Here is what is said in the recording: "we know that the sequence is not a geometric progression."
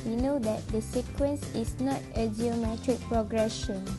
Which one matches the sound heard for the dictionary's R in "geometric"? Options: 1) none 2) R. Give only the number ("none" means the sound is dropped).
2